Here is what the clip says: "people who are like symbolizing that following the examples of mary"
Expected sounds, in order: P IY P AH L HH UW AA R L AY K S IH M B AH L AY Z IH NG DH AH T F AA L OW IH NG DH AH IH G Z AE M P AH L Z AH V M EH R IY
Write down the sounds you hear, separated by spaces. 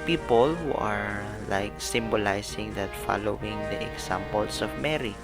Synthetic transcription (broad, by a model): P IY P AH L HH UW AA R L AY K S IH M B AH L AY S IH NG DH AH T F AA L OW IH NG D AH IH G S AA M P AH L S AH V M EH R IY